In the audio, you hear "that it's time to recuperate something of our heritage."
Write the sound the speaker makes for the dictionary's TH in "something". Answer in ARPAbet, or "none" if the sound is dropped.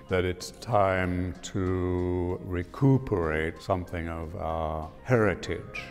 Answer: TH